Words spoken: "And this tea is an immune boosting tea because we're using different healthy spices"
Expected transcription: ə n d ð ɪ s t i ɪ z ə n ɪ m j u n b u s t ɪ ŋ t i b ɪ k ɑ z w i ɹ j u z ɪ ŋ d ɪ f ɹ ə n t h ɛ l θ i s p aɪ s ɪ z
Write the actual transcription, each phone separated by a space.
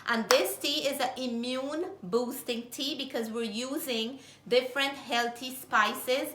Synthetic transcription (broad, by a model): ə n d ɪ s t i ɪ z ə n ɪ m j u n b u s t ɪ ŋ t i b ɪ k ɑ z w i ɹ j u z ɪ ŋ d ɪ f ɹ ə n t h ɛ l t i s p aɪ s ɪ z